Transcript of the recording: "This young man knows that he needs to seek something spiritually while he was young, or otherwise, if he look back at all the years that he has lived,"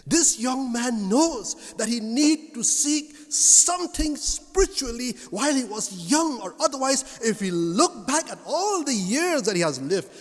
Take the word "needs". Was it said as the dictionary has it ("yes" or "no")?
no